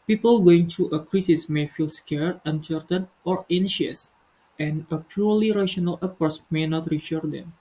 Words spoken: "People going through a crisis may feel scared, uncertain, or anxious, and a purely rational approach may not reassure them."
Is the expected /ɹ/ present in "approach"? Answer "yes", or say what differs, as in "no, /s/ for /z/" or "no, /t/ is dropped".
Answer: no, /ɹ/ is dropped